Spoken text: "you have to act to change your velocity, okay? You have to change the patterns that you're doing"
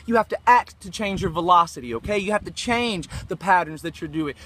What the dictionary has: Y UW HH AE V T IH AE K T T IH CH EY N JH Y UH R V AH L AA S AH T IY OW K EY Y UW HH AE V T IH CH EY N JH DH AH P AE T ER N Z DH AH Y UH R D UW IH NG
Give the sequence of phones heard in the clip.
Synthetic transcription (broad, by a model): Y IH HH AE F T IH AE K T T IH CH EY N JH Y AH R V AH L AA S AH T IY OW K EY Y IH HH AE F T IH CH EY N JH DH AH P AE T ER N Z DH AH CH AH R D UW IH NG